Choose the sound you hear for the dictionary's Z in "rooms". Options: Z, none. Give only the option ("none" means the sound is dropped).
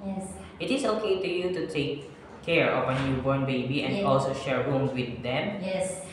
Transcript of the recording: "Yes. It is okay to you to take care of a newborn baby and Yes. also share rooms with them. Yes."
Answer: none